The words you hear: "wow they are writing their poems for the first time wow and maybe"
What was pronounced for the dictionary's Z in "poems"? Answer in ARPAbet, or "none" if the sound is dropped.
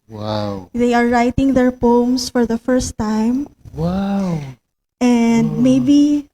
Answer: S